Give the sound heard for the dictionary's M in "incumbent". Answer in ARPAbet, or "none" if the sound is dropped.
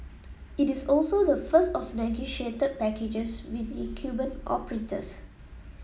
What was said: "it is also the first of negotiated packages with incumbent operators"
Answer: none